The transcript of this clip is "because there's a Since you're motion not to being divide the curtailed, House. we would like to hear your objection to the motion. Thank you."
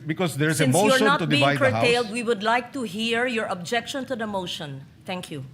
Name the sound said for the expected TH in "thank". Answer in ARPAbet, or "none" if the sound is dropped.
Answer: T